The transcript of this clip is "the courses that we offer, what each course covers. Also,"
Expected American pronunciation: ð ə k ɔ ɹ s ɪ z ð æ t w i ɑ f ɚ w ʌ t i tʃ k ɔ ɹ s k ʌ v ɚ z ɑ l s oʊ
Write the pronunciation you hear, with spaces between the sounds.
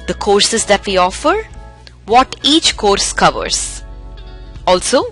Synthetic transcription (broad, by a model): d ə k ɔ ɹ s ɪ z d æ t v i ɑ f ɚ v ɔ t i tʃ k ɔ ɹ s k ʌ v ɚ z ɑ l s oʊ